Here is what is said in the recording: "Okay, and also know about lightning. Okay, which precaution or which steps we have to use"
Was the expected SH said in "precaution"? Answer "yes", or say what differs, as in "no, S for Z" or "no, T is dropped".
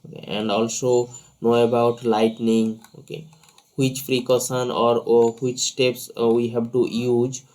no, S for SH